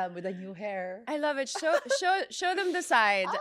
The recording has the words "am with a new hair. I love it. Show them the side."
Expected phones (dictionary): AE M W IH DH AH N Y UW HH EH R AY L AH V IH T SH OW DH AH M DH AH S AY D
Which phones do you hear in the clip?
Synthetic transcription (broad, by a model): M W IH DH AH N Y UW HH EH R AY L AH V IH T SH OW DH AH M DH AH S AY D